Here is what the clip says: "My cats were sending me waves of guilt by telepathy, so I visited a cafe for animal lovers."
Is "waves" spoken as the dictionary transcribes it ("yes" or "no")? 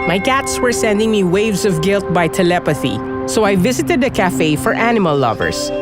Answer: yes